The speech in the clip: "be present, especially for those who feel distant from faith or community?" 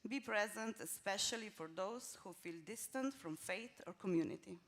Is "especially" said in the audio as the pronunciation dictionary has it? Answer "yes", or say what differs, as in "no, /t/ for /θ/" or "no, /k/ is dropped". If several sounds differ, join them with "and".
yes